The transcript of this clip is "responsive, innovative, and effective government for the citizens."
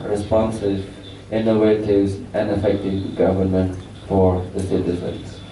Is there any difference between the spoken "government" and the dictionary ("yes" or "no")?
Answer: no